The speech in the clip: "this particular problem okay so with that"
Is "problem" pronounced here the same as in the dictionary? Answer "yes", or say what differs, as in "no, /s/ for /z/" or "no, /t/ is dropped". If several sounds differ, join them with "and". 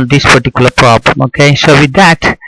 yes